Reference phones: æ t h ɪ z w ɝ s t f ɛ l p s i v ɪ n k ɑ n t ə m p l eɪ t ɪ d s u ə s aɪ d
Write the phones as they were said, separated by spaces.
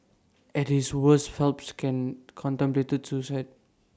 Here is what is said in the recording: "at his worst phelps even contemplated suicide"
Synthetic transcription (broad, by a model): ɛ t h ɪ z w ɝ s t f ɛ l p s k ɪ n k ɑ n t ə m p l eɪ t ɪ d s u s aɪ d